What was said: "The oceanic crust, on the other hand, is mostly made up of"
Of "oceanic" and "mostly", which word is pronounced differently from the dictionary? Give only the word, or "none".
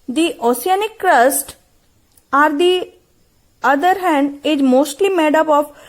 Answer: oceanic